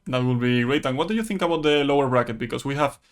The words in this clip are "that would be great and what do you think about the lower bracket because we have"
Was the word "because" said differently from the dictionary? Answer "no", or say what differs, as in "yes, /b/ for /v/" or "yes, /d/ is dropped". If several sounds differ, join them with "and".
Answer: yes, /s/ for /z/